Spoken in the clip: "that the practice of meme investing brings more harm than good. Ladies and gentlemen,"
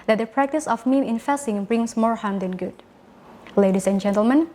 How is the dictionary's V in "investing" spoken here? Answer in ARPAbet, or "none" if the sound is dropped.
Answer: F